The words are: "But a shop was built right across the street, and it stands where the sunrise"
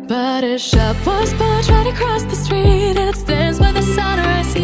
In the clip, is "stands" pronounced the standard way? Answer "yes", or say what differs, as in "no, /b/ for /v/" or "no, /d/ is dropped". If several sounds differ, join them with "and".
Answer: yes